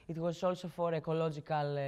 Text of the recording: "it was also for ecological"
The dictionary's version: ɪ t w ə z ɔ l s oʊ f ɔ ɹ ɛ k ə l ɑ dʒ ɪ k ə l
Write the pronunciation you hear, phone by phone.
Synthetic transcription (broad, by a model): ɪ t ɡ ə s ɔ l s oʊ f ɔ ɹ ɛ k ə l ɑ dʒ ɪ k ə l